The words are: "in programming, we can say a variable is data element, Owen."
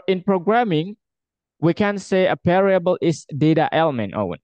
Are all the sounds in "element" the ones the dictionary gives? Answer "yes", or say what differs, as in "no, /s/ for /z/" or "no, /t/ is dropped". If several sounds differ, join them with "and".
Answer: yes